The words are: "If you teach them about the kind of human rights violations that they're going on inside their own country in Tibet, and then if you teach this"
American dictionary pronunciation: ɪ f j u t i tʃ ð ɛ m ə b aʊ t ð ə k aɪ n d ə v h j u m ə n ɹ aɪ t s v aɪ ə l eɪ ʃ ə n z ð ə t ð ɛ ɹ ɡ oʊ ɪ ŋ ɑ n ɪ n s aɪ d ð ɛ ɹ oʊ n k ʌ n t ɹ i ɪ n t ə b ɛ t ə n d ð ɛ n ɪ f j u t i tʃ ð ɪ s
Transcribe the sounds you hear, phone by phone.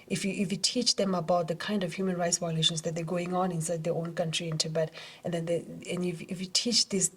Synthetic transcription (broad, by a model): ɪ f j u t i tʃ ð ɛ m ə b aʊ t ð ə k aɪ n d ə v h j u m ə n ɹ aɪ t s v aɪ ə l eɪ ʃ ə n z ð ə t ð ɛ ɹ ɡ oʊ ɪ ŋ ɑ n ɪ n s aɪ d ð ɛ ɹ oʊ n k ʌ n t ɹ i ɪ n t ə b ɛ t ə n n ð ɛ n ɪ f j u t i tʃ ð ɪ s